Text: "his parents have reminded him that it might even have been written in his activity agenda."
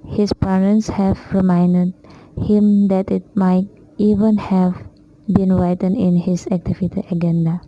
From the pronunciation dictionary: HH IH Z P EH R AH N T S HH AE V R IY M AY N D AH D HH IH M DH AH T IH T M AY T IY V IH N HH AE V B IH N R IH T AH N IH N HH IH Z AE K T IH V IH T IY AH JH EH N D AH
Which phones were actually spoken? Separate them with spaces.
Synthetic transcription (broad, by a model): HH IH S P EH R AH N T S HH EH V R IY M AY N D AH D HH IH M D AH T IH T M AY T IY V IH N HH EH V B IH N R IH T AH N IH N HH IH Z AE K T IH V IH T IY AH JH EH N D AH